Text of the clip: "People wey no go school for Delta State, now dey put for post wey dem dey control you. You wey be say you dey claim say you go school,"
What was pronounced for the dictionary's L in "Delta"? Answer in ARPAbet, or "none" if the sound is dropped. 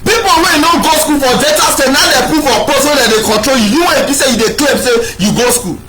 none